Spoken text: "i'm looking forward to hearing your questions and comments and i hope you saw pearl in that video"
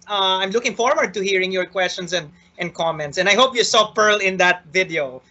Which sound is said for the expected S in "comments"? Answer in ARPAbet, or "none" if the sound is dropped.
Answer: S